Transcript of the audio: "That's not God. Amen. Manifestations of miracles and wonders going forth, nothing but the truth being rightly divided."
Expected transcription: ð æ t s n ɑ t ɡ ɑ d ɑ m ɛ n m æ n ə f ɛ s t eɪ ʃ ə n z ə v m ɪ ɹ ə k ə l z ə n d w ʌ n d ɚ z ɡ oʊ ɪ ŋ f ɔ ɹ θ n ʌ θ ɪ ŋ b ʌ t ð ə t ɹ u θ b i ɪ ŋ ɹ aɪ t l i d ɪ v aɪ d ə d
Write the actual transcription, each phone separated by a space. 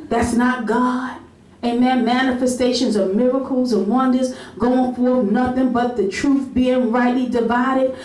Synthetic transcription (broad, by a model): ð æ t s n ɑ t ɡ ɑ d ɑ m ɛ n m æ n ə f ɛ s t eɪ ʃ ə n z ə v m ɪ ɹ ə k l z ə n w ʌ n d ɚ z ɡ oʊ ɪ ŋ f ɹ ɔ n ʌ θ ɪ ŋ b ʌ t ð ə t ɹ u θ b i ɪ ŋ ɹ aɪ t l i d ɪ v aɪ d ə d